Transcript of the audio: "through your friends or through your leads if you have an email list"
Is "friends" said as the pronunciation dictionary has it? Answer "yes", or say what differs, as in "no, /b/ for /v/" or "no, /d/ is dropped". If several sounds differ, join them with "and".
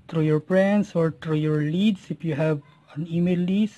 no, /p/ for /f/ and /s/ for /z/